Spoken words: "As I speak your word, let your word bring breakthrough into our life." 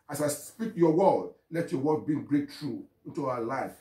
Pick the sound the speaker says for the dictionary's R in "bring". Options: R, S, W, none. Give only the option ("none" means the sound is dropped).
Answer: none